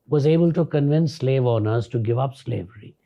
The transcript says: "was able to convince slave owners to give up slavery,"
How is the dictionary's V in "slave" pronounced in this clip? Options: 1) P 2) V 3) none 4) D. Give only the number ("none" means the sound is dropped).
2